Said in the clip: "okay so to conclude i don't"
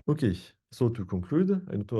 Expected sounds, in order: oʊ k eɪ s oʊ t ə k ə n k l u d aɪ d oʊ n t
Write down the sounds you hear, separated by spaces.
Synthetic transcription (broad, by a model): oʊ k eɪ s oʊ t ə k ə k l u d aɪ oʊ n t